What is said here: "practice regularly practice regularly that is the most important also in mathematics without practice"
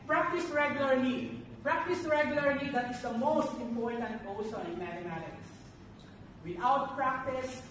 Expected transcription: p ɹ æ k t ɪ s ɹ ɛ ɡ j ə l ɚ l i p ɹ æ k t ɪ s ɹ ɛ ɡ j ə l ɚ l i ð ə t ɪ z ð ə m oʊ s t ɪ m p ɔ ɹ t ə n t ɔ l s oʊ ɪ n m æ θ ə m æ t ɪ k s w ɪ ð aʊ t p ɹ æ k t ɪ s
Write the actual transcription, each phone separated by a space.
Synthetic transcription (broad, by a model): p ɹ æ k t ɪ s ɹ ɛ ɡ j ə l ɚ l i p ɹ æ k t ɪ s ɹ ɛ ɡ j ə l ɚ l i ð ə t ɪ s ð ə m oʊ s t ɪ m p ɔ ɹ t ə n t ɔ s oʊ ɪ n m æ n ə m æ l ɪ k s w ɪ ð aʊ t p ɹ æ k t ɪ s